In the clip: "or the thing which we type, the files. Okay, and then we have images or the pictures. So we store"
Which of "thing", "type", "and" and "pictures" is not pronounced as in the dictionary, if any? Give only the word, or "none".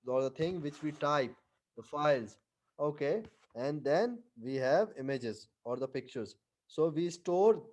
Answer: thing